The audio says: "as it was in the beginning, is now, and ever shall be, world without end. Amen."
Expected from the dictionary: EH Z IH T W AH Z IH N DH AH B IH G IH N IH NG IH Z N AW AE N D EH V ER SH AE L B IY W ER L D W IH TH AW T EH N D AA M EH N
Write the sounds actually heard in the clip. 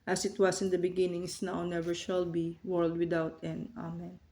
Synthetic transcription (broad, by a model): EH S IH T W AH S IH N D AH B IH G IH N IH NG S N AW N EH V ER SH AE L B IY W ER L D W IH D AW T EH N AA M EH N